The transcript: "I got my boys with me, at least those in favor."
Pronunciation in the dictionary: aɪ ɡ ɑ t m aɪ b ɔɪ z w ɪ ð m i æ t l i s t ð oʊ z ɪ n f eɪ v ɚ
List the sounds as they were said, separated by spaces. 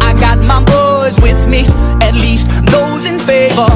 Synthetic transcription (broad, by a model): aɪ ɡ ɑ t m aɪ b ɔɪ z w ɪ ð m i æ t l i s t ð oʊ z ɪ n f eɪ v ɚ